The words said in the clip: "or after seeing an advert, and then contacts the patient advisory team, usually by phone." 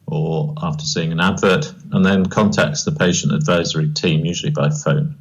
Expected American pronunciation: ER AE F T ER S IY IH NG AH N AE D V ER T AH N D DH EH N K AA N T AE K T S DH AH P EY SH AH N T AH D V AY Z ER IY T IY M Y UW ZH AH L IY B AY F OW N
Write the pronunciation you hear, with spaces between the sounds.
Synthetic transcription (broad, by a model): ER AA F T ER S IY IH NG AH N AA D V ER T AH N DH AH N K AA N T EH K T S DH AH P EY SH AH N T AH D V AY Z ER IY T IY M Y UW ZH AH L IY B AY F OW N